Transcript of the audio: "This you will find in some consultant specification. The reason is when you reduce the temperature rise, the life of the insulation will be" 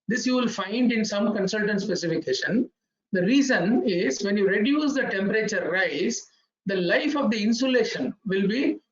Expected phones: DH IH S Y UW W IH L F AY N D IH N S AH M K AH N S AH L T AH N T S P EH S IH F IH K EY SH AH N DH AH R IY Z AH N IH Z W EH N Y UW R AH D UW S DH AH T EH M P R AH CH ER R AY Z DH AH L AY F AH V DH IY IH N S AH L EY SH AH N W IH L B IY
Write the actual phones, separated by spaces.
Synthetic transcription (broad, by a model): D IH S Y UW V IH L F AY N D IH N S AH M K AH N S AH L T AH N T S P EH S IH F IH K EY SH AH N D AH R IY Z AH N IH Z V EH N Y UW R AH D UW S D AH T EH M P R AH CH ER R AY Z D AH L AY F AH V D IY IH N S AH L EY SH AH N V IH L B IY